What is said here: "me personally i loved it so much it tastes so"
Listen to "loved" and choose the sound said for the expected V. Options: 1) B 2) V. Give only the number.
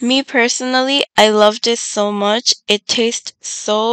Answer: 2